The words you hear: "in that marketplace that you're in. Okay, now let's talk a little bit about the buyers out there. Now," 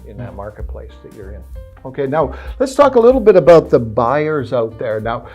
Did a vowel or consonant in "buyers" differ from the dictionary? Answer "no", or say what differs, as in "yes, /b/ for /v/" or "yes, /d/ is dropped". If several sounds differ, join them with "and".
no